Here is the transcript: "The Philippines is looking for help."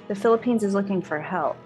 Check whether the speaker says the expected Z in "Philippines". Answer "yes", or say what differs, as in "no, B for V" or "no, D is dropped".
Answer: yes